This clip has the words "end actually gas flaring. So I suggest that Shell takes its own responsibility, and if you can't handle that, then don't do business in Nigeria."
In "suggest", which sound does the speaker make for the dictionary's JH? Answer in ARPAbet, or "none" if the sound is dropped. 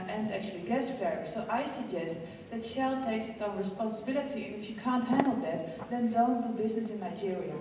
JH